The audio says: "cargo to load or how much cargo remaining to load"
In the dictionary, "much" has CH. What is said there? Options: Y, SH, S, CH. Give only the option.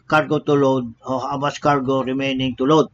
S